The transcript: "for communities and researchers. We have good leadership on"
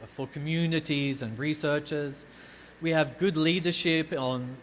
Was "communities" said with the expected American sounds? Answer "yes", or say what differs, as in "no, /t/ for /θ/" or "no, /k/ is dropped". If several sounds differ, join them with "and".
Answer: yes